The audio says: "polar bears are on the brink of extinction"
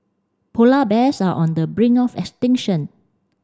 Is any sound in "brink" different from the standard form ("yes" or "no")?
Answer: yes